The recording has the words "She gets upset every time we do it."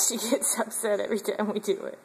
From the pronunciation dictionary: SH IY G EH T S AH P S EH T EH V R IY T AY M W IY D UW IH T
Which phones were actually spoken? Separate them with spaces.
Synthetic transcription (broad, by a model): SH IY G EH T S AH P S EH T EH V R IY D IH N W IY D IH IH T